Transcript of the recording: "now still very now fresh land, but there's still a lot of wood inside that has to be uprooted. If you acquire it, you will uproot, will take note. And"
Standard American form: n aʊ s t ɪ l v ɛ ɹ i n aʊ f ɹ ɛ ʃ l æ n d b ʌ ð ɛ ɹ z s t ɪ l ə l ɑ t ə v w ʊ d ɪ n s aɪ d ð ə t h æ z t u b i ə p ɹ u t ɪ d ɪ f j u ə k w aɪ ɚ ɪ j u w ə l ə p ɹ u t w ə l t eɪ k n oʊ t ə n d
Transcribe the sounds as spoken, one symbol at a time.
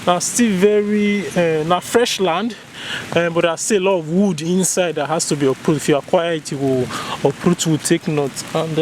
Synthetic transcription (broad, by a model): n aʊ s t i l v ɛ ɹ i n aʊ f ɹ ɛ ʃ l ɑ n d b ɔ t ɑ s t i ə l ɑ t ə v w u d ɪ n s aɪ d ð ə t h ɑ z t u b i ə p ɹ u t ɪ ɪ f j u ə k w aɪ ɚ ɪ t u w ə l ə p ɹ u t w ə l t eɪ k n oʊ t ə n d